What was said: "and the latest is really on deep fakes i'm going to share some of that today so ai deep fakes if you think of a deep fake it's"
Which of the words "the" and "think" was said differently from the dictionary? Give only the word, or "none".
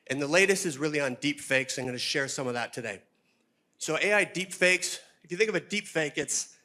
none